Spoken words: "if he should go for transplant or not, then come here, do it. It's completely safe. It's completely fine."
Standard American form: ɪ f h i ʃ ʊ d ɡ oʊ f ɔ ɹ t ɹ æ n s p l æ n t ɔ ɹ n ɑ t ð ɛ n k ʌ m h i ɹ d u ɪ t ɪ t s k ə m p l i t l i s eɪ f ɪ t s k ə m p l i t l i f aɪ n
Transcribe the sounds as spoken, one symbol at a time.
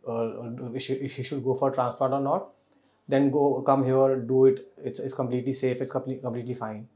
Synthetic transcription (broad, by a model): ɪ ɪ h i ʃ ʊ d ɡ oʊ f ɔ ɹ t ɹ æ n s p ɔ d t ɔ ɹ n ɑ t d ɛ n k ʌ m h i ɹ d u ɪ t ɪ t s k ə m p l i t l i s eɪ f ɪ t s k ə m p l i t l i f aɪ n